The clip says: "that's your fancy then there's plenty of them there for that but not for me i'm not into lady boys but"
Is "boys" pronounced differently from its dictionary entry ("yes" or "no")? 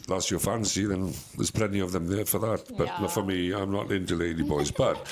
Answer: no